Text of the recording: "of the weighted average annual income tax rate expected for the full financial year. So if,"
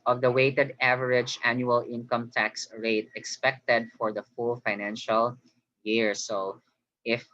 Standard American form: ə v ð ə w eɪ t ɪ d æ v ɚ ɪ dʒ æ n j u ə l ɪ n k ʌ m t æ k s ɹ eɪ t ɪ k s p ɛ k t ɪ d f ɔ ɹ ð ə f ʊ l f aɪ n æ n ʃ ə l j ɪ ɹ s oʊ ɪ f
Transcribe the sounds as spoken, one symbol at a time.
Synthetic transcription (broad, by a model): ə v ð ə w eɪ t ɪ d æ v ɚ ɪ dʒ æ n j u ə l ɪ n k ʌ m t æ k s ɹ eɪ t ɪ k s p ɛ k t ɪ d f ɔ ɹ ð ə f ʊ l f aɪ n æ n ʃ ə l j ɪ ɹ s oʊ ɪ f